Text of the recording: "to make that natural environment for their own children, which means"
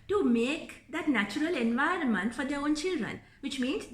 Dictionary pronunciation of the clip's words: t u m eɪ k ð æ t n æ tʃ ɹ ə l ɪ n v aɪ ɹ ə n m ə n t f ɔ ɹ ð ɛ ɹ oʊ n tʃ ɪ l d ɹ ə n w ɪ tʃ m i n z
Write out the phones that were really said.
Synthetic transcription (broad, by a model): t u m eɪ k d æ t n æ tʃ ɹ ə l ɪ n v aɪ ɹ ə n m ə n t f ɔ ɹ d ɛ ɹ oʊ n tʃ ɪ l d ɹ ə n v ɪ tʃ m i n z